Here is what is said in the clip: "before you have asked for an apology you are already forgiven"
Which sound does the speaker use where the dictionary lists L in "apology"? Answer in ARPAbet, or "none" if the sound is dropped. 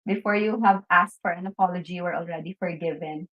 L